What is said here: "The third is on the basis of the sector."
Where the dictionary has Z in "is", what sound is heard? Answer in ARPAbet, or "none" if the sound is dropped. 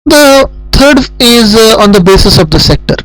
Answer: Z